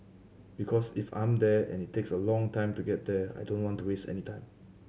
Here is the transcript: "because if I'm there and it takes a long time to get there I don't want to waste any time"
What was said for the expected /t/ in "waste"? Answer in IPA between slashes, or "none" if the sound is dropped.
/t/